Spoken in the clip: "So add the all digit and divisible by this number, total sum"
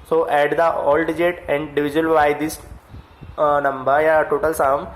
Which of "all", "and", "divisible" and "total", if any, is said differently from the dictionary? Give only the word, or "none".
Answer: divisible